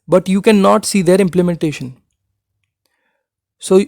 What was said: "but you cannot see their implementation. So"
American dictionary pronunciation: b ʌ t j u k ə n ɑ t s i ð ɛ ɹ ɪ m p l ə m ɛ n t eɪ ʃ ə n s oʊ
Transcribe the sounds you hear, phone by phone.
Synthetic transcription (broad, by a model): b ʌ t j u k ə n ɑ t s i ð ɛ ɹ ɪ m p l ə m ɛ n t eɪ ʃ ə n s oʊ